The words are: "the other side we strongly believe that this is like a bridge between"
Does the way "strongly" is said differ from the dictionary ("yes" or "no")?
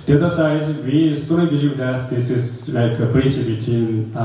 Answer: yes